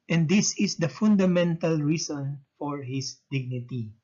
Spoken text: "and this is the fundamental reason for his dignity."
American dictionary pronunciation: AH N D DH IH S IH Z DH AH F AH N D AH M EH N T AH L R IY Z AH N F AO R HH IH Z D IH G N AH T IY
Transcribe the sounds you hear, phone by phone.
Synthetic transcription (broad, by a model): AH N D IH S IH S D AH F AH N D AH M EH N T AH L R IY S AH N F AO R HH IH S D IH G N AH T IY